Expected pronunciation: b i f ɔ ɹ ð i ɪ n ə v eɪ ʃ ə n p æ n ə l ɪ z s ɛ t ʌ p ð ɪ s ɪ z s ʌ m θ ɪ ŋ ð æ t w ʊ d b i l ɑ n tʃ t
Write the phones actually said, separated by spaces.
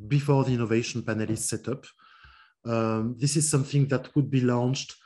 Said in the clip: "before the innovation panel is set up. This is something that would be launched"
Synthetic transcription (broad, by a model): b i f ɔ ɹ ð i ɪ n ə v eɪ ʃ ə n p æ n ə l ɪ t s ɛ t ʌ p ð ɪ s ɪ z s ʌ m θ ɪ ŋ ð æ t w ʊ d b i l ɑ n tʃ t